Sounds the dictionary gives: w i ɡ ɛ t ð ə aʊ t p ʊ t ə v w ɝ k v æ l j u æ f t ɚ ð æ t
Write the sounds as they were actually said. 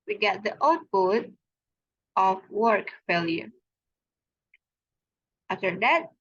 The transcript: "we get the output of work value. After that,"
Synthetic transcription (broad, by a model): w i ɡ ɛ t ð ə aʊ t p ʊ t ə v w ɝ k f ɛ l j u æ f t ɚ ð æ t